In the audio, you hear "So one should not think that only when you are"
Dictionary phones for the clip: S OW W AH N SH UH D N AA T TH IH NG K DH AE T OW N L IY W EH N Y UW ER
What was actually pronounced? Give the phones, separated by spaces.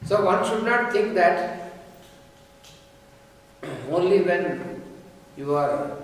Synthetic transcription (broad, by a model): S OW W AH N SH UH D N AA T T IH NG K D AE T OW N L IY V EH N Y UW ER